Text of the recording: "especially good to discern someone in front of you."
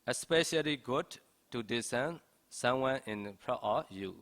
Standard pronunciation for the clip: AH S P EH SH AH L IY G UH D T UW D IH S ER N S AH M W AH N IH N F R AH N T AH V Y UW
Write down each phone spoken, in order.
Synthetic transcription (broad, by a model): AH S P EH SH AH L IY G UH D T UW D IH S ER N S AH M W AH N IH N P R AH T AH Y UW